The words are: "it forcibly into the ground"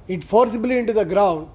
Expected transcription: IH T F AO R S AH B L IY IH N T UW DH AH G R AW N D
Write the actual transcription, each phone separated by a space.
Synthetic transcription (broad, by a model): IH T F AO R S AH B L IY IH N T UW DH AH G R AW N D